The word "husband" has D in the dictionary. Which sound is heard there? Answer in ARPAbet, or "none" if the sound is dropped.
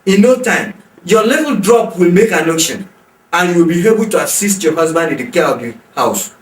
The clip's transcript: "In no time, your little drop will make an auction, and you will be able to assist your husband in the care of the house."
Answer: D